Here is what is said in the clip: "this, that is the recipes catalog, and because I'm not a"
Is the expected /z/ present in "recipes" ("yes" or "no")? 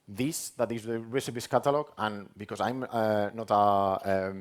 no